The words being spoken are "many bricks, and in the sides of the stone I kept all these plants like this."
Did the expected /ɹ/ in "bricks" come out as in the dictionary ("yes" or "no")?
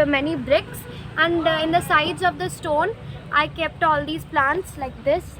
yes